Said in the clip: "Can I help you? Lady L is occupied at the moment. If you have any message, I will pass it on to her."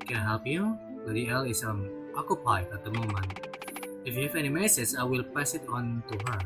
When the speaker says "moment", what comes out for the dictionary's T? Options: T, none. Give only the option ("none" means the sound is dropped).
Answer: none